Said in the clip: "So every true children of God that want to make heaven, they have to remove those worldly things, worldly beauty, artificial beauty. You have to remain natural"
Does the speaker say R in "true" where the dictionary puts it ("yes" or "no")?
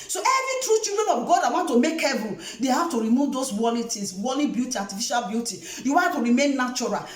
yes